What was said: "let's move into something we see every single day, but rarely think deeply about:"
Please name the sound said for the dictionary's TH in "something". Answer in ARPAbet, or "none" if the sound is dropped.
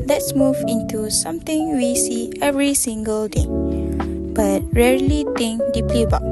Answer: T